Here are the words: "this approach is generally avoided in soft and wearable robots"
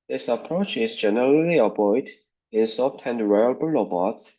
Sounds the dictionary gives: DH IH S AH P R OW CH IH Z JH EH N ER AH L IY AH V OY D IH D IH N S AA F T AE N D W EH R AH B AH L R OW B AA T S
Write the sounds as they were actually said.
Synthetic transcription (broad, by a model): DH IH S AH P R OW CH IH Z JH EH N ER AH L IY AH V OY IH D IH N S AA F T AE N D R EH AH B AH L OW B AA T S